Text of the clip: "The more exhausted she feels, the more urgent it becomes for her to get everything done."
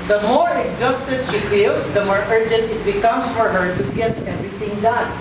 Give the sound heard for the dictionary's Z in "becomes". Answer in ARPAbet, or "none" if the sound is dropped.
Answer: S